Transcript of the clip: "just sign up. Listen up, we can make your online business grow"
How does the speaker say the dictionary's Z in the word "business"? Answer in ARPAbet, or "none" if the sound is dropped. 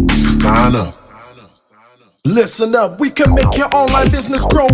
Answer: Z